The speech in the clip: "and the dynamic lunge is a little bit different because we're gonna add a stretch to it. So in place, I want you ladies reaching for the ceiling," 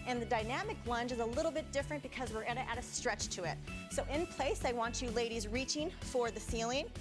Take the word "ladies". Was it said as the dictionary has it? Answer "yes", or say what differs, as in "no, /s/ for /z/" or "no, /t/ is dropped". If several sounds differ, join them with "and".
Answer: yes